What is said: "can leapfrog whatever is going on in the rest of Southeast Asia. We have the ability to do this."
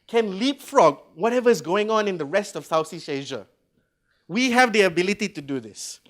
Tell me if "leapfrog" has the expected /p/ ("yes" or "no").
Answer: yes